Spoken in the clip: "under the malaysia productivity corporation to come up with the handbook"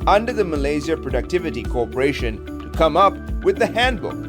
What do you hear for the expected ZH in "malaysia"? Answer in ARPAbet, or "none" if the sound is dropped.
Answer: Z